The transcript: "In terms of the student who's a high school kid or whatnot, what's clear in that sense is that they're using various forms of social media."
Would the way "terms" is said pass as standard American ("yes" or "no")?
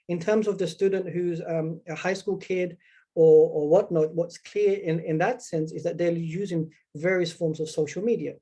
yes